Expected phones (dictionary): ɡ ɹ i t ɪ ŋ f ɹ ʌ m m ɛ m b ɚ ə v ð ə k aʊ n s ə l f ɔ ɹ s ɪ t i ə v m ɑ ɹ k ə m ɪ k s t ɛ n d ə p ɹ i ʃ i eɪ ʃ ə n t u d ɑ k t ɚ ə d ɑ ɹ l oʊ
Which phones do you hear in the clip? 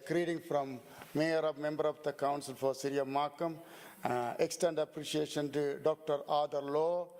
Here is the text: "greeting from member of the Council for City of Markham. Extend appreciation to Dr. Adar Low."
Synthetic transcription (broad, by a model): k ɹ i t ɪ ŋ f ɹ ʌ m m ɛ m b ɚ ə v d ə k aʊ n s ə l f ɔ ɹ s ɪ t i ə m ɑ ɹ k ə m ɪ k s t ɛ n d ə p ɹ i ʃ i eɪ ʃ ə n t u d ɑ k t ɚ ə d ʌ ɹ l oʊ